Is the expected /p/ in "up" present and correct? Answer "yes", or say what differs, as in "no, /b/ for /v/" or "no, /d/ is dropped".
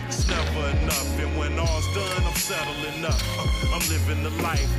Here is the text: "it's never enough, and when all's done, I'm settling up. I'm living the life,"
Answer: no, /f/ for /p/